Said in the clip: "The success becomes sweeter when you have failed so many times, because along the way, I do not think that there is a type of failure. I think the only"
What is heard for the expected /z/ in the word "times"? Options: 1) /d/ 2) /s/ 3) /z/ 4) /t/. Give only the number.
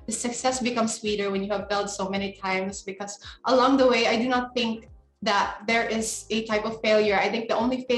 2